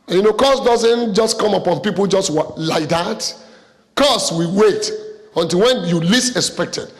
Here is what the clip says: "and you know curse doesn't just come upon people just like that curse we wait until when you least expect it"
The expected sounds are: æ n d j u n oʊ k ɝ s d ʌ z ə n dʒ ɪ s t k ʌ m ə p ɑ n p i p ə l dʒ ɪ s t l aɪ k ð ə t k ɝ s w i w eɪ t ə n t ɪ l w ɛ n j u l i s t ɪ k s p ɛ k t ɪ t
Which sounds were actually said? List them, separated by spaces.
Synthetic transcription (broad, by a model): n j u n oʊ k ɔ s d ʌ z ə n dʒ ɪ s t k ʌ m ə p ɑ n p i p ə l dʒ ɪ s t l aɪ k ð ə t k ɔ s w i w eɪ t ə n t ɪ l w ɛ n j u l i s ɪ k s p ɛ k t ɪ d